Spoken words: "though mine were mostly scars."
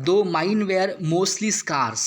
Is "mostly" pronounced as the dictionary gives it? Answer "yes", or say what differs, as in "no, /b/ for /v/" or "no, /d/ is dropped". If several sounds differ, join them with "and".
yes